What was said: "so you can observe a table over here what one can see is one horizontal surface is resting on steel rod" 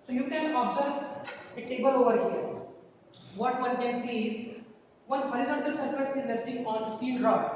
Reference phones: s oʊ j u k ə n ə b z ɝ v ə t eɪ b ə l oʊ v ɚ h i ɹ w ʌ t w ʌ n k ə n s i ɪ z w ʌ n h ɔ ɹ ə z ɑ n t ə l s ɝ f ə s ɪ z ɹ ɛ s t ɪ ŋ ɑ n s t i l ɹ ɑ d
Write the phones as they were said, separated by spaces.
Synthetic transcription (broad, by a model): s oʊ j u k ə n ə b z ɝ v ə t eɪ b ə l oʊ v ɚ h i ɹ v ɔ t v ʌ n k ə n s i ɪ z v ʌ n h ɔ ɹ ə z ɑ n t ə l s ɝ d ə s ɪ z l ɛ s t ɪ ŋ ɑ n s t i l ɹ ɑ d